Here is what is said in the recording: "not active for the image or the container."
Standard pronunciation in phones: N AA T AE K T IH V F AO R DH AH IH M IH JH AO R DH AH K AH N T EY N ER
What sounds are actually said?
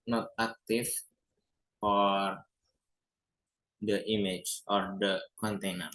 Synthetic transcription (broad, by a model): N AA T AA K T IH F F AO R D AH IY M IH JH AO R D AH K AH N T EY N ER